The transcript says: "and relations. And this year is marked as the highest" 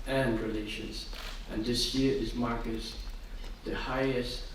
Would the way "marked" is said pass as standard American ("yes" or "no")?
no